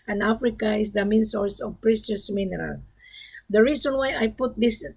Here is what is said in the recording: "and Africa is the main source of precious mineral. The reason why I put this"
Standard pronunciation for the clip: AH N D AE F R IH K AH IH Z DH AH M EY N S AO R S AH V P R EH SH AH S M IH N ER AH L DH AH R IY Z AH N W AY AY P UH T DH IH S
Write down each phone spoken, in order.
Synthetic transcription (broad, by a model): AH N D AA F R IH K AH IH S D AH M EY N S AO R S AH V P R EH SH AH S M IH N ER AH L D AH R IY S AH N W AY AY P UH T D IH S